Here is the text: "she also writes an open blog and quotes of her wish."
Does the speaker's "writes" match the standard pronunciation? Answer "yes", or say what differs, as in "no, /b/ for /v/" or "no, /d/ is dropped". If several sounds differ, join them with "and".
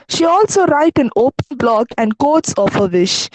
no, /s/ is dropped